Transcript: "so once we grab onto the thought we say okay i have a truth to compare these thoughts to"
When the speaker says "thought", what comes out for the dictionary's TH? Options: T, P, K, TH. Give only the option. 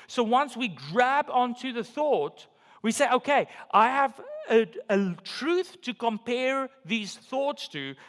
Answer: TH